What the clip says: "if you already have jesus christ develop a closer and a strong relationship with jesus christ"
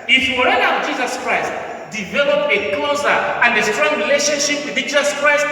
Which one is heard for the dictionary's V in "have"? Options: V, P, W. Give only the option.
W